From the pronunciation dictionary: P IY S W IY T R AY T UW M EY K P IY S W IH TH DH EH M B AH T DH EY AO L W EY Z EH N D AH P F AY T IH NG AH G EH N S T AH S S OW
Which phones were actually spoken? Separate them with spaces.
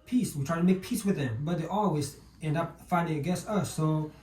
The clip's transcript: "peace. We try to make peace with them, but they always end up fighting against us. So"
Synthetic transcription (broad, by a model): P IY S W IY T R AY T UW M EY K P IY S W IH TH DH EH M B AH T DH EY AO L W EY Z EH N D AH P F AY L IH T G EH S AH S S OW